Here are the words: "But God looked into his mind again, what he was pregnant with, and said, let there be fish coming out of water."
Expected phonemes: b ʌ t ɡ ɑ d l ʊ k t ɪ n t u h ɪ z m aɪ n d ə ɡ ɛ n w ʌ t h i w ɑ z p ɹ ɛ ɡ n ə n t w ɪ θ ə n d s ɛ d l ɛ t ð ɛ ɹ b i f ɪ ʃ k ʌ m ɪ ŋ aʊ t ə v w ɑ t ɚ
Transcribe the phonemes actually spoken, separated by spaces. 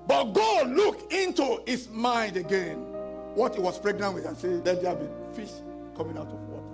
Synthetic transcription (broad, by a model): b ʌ t ɡ ɑ d l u k ɪ n t u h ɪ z m aɪ n d ə ɡ ɛ n w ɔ t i w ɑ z p ɹ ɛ ɡ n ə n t w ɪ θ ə n s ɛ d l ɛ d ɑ b i f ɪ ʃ k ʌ m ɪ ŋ aʊ t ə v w ɑ t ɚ